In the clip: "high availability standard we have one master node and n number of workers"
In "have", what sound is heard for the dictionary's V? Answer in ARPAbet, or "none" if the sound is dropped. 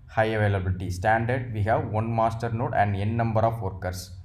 V